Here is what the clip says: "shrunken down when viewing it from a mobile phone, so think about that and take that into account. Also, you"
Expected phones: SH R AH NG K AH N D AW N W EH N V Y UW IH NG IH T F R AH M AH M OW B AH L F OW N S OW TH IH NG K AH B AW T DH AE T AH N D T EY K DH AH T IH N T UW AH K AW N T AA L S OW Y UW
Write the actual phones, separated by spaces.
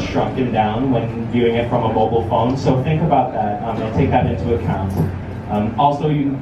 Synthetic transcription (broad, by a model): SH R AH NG K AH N D AW N W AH N V Y UW IH NG IH T F R AH M AH M OW B L F OW N S OW TH IH NG K AH B AW T DH AE T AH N T EY K DH AH T IH N T UW AH K AW N T AA L S OW Y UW